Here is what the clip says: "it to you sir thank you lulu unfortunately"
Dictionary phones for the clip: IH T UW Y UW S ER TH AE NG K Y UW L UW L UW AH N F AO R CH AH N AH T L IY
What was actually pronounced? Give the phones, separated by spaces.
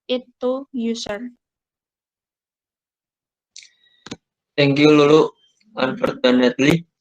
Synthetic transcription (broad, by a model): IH T UW Y UW S ER T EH NG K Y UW L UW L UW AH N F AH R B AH N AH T L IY